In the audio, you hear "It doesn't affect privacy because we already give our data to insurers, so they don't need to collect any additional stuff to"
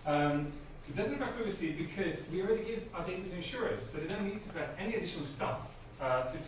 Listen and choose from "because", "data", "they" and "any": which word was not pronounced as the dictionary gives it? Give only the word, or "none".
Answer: none